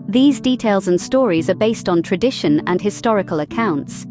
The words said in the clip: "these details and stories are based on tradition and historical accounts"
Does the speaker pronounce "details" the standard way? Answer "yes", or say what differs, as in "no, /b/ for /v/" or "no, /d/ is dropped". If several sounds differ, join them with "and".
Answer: yes